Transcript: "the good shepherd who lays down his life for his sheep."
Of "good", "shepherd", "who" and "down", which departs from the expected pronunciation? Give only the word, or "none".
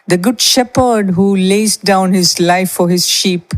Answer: none